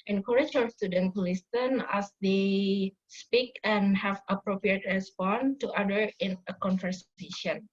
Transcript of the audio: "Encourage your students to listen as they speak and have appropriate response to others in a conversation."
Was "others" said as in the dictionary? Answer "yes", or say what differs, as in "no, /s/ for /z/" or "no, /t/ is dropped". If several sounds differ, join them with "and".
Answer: no, /z/ is dropped